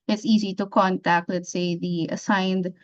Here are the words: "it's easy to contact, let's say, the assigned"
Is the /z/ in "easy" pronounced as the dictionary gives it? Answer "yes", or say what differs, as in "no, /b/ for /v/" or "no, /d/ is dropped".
yes